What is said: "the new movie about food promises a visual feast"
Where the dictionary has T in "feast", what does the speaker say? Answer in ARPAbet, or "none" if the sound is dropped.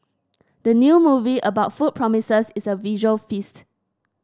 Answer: T